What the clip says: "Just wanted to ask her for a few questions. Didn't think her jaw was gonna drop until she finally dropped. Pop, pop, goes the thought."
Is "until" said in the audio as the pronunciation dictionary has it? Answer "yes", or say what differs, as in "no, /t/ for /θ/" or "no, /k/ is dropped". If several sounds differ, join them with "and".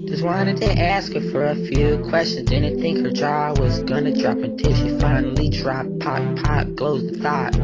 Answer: no, /n/ is dropped